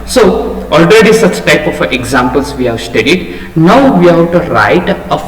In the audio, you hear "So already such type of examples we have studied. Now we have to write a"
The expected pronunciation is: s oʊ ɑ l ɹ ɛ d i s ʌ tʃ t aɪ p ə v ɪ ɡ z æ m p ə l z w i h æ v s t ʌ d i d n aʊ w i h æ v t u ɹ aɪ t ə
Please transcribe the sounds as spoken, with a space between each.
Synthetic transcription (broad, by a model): s oʊ ɑ l ɹ ɛ d i s ʌ tʃ t aɪ p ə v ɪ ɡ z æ m p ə l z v i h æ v s t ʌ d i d n aʊ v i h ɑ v t u ɹ aɪ t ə